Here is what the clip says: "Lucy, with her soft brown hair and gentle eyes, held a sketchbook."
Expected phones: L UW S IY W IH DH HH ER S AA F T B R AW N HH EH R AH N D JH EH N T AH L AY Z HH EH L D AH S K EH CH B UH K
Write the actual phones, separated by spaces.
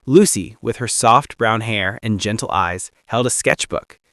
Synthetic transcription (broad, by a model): L UW S IY W IH DH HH ER S AA F T B R AW N HH EH R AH N JH EH N T L AY Z HH EH L D AH S K EH CH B UH K